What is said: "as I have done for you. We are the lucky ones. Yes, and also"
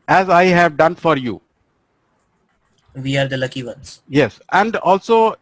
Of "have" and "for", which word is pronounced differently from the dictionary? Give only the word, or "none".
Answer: none